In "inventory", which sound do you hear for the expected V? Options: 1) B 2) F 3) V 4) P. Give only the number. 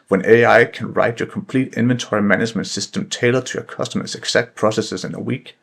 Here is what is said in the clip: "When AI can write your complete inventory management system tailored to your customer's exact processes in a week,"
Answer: 3